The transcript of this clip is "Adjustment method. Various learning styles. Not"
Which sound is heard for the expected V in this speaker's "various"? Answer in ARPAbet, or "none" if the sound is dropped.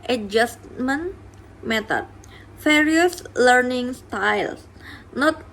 F